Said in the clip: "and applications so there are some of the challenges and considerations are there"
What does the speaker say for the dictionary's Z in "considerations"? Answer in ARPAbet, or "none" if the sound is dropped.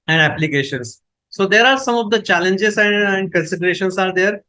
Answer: S